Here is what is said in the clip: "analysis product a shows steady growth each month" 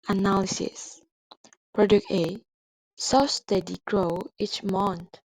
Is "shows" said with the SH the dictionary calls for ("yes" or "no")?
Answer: no